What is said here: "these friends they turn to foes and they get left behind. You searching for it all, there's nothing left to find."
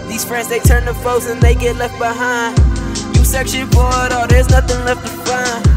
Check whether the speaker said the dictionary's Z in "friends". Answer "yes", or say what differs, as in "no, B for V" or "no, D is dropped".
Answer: yes